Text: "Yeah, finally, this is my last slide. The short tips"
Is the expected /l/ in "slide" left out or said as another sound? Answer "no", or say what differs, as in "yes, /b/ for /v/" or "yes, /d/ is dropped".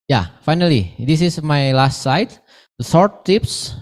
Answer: yes, /l/ is dropped